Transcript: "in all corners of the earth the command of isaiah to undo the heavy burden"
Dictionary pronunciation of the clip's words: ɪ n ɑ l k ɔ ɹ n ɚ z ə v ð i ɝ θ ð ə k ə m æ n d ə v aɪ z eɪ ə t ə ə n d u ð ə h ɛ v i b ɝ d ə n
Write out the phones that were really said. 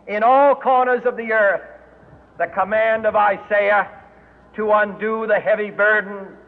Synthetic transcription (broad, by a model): ɪ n ɑ l k ɔ ɹ n ɚ z ə v ð i ɝ θ ð ə k ə m æ n d ə v aɪ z eɪ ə t ə ə n d u ð ə h ɛ v i b ɝ d n